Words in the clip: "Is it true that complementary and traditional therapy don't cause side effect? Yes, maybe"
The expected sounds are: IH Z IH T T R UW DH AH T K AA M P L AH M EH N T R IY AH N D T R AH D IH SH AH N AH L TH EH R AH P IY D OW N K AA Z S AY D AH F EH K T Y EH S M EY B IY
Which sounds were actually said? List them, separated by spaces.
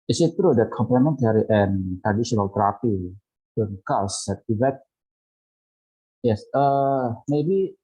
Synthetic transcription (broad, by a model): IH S IH T T R UW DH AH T K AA M P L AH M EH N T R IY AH N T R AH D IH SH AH N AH L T R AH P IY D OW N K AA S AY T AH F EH T Y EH S M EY B IY